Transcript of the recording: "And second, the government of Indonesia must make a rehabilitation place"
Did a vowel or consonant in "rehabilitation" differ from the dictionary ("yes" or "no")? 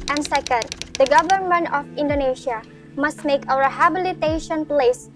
yes